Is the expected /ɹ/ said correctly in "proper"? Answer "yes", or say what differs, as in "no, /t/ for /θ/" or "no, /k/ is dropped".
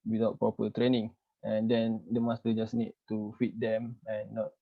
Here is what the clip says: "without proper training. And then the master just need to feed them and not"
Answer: no, /ɹ/ is dropped